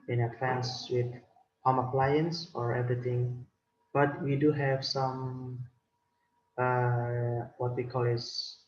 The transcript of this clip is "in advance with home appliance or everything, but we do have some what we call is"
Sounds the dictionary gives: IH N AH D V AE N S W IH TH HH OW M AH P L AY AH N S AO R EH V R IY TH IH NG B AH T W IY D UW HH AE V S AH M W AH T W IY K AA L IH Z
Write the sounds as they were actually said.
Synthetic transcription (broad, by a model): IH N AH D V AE N S W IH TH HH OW M AH P L AY AH N S AO R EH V R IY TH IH NG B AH T W IY D UW HH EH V S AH M W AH T W IY K AA L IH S